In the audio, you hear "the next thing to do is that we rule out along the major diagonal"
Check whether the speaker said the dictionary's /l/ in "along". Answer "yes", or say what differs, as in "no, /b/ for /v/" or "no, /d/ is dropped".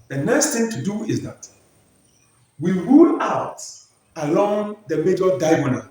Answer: yes